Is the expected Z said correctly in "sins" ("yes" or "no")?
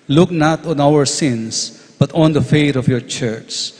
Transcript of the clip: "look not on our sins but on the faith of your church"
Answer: no